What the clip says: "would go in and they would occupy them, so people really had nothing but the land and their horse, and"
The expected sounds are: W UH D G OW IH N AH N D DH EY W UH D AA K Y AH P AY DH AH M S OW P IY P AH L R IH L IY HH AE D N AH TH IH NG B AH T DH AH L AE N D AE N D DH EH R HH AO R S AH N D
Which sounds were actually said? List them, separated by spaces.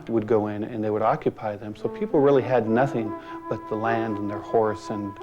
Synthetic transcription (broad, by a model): W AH D G OW IH N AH N DH EY W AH D AA K Y AH P AY DH AH M S OW P IY P L R IH L IY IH D N AH TH IH NG B AH T DH AH L AE N D N DH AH R HH AO R S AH N